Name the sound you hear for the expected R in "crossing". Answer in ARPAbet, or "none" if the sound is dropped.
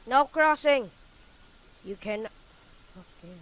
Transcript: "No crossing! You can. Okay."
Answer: R